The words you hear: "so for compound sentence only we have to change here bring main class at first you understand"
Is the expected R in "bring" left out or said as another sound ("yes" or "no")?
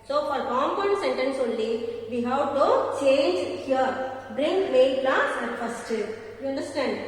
no